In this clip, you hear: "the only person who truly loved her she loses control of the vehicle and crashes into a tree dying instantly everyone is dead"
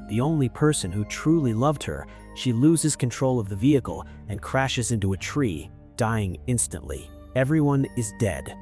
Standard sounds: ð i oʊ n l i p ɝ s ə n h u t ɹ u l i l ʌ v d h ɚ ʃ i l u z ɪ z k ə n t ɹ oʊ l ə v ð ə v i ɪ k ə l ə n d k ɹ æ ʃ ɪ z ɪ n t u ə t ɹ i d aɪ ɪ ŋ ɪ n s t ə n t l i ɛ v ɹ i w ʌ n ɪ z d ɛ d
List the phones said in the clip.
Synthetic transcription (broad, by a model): ð i oʊ n l i p ɝ s ə n h u t ɹ u l i l ʌ v d h ɚ ʃ i l u z ɪ z k ə n t ɹ oʊ l ə v ð ə v i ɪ k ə l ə n k ɹ æ ʃ ɪ z ɪ n t u ə t ɹ i d aɪ ɪ ŋ ɪ n s t ə n t l i ɛ v ɹ i w ʌ n ɪ z d ɛ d